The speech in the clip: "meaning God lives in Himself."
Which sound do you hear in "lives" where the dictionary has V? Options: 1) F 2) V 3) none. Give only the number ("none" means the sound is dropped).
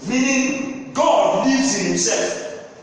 3